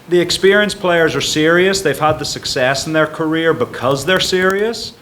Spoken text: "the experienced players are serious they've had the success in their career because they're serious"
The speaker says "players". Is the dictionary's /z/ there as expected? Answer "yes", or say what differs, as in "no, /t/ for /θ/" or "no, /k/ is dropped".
yes